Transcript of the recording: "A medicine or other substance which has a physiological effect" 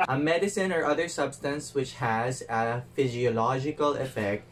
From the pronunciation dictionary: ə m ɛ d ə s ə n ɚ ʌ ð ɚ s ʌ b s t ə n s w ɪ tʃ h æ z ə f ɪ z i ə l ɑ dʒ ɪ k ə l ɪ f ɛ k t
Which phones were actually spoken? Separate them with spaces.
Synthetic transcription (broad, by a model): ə m ɛ d ə s ə n ɚ ʌ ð ɚ s ʌ b s t ə n s w ɪ tʃ h æ z ə f ɪ z i ə l ɑ dʒ ɪ k ə l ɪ f ɛ k t